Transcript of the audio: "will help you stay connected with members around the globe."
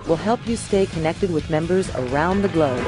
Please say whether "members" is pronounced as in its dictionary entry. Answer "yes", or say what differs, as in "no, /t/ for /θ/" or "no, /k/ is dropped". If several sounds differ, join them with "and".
yes